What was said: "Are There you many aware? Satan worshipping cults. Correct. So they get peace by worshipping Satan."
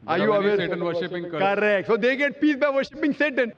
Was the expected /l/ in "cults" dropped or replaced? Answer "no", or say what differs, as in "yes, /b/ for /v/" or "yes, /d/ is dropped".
yes, /l/ is dropped